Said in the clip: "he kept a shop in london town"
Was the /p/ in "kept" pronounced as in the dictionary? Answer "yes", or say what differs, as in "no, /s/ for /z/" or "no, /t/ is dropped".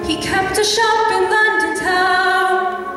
yes